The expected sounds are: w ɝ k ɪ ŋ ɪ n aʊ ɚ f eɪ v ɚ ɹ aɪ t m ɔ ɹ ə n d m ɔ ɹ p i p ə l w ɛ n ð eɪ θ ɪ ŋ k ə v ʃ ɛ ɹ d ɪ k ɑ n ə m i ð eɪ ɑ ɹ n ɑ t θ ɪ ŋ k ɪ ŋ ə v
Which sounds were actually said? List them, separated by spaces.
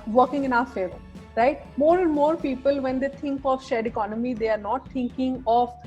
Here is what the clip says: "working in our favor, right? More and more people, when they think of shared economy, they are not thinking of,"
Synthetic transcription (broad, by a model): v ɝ k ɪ ŋ ɪ n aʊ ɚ f eɪ v ɚ ɹ aɪ t m ɔ ɹ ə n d m ɔ ɹ p i p ə l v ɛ n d eɪ t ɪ ŋ k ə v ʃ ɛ d ɪ k ɑ n ə m i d eɪ ɑ ɹ n ɑ t t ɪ ŋ k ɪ ŋ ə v